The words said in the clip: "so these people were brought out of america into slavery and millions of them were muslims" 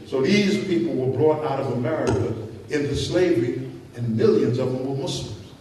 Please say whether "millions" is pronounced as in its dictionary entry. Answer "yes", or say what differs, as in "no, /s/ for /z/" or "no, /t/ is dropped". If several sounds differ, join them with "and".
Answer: yes